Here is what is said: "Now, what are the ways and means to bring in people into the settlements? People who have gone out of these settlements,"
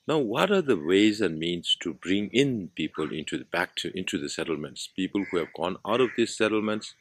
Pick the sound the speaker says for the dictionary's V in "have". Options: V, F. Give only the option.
V